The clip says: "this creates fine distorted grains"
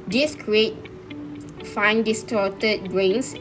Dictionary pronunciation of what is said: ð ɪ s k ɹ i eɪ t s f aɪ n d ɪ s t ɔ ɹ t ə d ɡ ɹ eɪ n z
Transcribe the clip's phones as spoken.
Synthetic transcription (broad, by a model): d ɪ s k ɹ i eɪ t f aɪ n d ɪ s t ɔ t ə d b ɹ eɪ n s